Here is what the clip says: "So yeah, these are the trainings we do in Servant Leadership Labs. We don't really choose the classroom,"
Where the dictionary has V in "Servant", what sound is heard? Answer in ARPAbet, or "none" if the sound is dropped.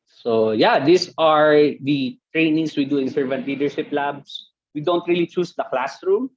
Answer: V